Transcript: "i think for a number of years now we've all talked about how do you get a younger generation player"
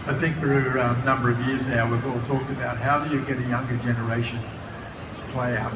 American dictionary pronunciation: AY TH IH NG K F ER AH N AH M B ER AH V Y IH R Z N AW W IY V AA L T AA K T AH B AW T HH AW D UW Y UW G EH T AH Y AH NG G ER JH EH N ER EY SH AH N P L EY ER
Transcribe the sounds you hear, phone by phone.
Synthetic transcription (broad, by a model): AY TH IH NG K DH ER AH N AH M B ER AH V Y IH R Z N AW W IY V AA L T AA K T AH B AW T HH AW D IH Y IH G EH T AH Y AH NG G ER JH EH N ER EY SH AH N P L EY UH